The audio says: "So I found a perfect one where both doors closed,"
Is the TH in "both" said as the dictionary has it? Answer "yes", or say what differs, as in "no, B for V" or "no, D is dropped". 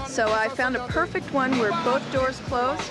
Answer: yes